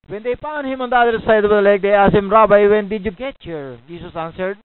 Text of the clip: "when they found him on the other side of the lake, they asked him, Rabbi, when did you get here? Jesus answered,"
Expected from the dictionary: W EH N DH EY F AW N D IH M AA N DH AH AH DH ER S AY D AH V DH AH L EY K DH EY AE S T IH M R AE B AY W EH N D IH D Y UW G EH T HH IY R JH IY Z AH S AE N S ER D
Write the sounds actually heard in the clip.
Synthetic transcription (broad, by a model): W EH N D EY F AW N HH IH M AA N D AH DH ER S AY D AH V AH L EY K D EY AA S IH M R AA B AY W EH N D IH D Y UW G EH T HH IY R JH IY S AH S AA N S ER D